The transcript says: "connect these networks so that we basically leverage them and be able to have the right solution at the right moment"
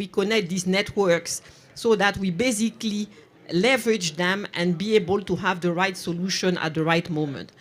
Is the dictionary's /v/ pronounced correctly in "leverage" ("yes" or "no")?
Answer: yes